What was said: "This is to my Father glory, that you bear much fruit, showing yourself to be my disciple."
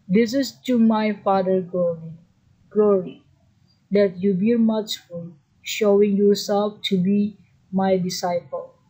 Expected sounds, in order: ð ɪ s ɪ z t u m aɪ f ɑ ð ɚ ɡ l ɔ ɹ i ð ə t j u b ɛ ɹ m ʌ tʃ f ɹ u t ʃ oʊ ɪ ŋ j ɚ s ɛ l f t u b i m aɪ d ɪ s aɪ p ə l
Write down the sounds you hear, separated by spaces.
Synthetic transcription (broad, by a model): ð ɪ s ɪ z t u m aɪ f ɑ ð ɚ ɡ l ɔ ɹ i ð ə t j u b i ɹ m ʌ tʃ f u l ʃ oʊ ɪ ŋ j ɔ s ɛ l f t u b i m aɪ d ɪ s aɪ p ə l